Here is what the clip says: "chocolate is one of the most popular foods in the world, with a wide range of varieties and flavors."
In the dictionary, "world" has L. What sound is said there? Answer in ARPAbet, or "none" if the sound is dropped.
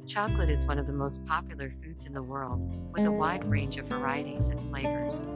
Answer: L